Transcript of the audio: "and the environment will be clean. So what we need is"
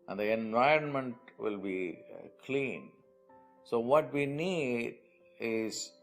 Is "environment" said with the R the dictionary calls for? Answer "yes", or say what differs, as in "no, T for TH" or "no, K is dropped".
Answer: yes